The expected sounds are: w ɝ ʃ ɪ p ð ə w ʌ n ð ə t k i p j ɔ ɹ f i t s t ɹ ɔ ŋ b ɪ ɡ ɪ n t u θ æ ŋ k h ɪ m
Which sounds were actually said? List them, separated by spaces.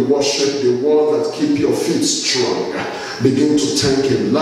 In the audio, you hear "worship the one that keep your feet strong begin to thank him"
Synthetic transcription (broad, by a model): w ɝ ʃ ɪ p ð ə w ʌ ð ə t k i p j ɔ f i t s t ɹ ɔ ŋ b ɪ ɡ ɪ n t u t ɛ k h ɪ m